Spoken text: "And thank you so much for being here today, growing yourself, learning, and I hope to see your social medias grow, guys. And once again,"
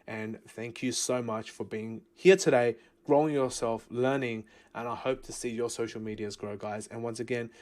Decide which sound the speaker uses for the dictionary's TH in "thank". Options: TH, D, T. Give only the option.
TH